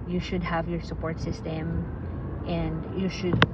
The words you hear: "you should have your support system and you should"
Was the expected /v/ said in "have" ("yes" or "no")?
yes